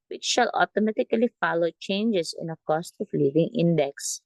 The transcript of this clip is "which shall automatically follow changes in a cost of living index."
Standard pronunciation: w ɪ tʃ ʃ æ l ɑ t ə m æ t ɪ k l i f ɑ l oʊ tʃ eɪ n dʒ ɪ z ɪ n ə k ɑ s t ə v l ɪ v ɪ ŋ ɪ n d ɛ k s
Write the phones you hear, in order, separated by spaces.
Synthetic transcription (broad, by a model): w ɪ tʃ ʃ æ l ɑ t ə m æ t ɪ k l i f ɑ l oʊ tʃ eɪ n dʒ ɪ s ɪ n ə k ɑ s t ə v l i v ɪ ŋ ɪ n d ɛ k s